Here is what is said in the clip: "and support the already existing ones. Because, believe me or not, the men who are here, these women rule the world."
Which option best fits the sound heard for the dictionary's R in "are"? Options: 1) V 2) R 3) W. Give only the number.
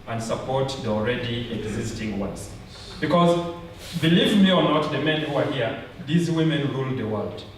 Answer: 2